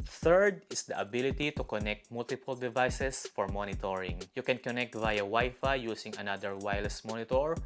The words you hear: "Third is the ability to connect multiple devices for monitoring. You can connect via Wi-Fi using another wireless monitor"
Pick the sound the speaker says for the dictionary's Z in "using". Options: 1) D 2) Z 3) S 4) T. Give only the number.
3